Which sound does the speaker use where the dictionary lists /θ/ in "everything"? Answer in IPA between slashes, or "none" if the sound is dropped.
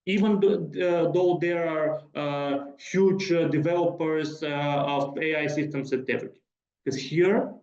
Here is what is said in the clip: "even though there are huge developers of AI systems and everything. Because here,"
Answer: /t/